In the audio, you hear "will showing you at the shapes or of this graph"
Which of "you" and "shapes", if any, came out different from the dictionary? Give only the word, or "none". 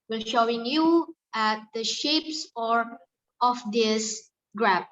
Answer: none